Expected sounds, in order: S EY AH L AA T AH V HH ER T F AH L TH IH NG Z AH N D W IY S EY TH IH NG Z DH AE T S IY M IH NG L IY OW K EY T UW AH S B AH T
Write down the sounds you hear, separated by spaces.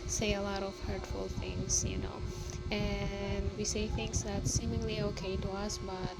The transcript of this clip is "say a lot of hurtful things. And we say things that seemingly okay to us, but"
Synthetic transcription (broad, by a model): S EY AH L AA T AH V HH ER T F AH L TH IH NG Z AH N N W IY S EY TH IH NG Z DH AE T S IY M IH NG L IY OW K EY T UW AH S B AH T